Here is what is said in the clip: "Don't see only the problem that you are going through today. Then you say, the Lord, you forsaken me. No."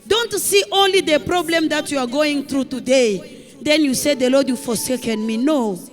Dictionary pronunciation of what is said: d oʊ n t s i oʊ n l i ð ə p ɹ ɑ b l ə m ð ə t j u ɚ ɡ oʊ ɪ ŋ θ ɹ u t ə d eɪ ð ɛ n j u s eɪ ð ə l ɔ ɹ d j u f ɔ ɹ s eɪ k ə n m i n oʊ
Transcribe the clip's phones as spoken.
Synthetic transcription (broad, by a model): d oʊ n t s i oʊ n l i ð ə p ɹ ɑ b l ə m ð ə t j u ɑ ɡ oʊ ɪ ŋ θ ɹ u t ə d eɪ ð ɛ n j u s eɪ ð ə l ɔ d j u f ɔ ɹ s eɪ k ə n m i n oʊ